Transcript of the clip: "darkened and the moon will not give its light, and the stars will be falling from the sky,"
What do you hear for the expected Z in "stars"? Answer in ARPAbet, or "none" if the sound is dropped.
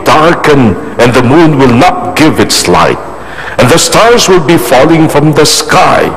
Z